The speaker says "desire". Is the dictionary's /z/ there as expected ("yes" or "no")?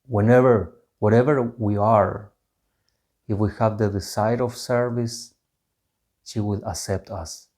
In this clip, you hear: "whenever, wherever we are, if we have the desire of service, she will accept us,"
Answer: no